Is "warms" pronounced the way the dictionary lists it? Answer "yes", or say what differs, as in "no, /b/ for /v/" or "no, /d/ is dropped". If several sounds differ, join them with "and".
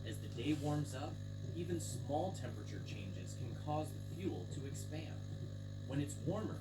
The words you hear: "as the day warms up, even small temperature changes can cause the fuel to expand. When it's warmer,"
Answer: yes